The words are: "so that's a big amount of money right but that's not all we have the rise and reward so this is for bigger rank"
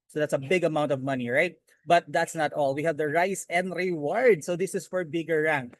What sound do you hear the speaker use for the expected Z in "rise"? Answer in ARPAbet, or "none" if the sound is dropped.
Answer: S